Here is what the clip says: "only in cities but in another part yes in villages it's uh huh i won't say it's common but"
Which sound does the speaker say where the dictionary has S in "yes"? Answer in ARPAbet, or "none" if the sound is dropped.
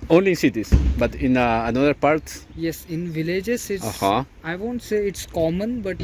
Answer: S